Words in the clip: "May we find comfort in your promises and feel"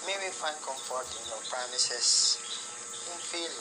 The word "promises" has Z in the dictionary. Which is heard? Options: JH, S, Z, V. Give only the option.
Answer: S